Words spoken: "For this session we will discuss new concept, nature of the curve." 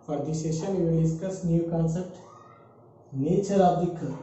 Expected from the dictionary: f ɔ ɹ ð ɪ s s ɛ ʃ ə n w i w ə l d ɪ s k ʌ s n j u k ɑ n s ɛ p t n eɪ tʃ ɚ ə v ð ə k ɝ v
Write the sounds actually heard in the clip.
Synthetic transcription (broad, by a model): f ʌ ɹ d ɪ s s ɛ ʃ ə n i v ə n d ɪ s k ʌ s n j u k ɑ n s ɛ p t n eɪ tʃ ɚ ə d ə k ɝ